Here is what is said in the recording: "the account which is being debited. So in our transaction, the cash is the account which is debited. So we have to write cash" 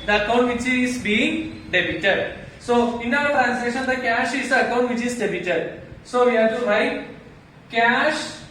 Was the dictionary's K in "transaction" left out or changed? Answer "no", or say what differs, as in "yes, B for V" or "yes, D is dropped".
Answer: yes, K is dropped